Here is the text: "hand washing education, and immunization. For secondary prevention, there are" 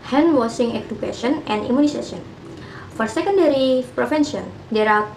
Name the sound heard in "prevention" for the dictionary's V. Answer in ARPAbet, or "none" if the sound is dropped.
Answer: F